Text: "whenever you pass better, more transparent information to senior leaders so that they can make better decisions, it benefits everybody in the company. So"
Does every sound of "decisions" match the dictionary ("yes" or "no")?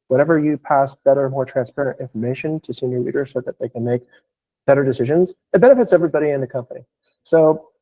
yes